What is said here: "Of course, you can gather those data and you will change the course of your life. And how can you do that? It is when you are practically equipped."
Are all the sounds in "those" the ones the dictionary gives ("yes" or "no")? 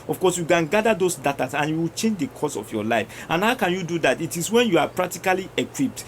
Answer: no